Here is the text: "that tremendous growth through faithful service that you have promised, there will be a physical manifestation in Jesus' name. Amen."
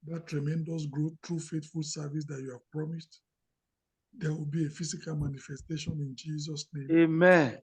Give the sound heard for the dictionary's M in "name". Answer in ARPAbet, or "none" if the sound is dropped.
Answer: none